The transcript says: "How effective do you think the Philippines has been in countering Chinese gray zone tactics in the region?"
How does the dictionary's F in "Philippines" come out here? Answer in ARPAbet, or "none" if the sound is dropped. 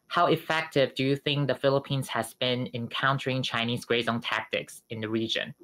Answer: F